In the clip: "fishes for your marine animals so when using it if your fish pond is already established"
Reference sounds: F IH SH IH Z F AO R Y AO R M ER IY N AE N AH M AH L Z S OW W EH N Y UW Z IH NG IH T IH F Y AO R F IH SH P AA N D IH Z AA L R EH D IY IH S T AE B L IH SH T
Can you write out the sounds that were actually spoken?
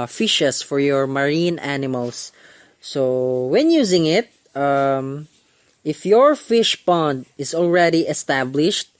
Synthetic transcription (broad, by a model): F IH SH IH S F AO R Y AO R M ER IY N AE N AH M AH L S OW W EH N Y UW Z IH NG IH T IH F Y AO R F IH SH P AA N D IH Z AA L R EH D IY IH S T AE B L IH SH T